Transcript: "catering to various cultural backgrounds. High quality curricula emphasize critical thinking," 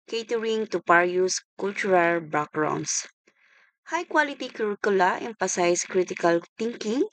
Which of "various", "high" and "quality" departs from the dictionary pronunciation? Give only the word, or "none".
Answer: various